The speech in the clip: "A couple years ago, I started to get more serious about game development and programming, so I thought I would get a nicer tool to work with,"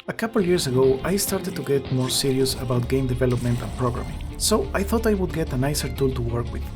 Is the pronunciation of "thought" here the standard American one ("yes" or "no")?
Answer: yes